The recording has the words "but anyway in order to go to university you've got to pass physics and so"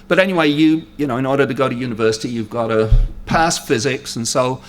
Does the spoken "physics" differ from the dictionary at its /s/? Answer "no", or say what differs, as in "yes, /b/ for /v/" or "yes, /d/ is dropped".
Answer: no